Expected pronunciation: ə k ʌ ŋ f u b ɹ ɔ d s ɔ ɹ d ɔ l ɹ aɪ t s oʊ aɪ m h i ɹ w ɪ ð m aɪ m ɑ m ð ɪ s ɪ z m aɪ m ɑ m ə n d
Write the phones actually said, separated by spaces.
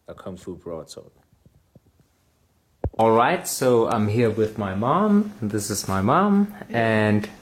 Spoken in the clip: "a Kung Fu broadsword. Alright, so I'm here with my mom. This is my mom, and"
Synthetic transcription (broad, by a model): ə k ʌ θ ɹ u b ɹ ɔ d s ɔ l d ɔ l ɹ aɪ t s oʊ aɪ m h i ɹ w ɪ ð m aɪ m ɑ m ð ɪ s ɪ z m aɪ m ɑ m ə n